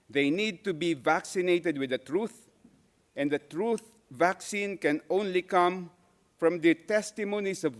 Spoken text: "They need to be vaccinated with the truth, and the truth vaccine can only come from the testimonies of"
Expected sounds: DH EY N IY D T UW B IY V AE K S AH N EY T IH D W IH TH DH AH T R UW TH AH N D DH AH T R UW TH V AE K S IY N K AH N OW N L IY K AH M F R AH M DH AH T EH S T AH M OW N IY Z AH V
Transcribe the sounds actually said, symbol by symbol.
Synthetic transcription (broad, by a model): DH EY N IY D T UW B IY V AE K S AH N EY T IH D W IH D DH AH T R UW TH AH N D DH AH T R UW TH V AE K S IY N K AH N OW N L IY K AH M F R AH M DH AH T EH S T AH M OW N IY S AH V